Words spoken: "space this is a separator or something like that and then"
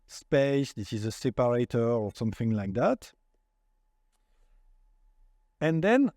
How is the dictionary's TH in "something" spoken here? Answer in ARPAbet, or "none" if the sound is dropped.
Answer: TH